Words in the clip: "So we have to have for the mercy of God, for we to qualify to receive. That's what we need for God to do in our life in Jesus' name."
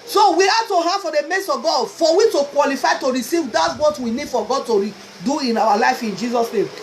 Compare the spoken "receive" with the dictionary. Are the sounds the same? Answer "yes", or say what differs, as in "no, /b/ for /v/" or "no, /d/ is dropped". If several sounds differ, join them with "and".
yes